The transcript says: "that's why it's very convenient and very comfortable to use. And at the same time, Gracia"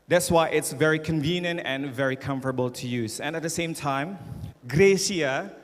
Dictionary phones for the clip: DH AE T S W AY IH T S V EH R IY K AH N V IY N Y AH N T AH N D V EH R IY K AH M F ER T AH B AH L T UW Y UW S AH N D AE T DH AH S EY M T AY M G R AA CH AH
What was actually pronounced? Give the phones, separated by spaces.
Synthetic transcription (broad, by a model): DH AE T S W AY IH T S V EH R IY K AH N V IY N Y AH N T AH N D V EH R IY K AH M F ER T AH B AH L T UW Y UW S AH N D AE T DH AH S EY M T AY M G R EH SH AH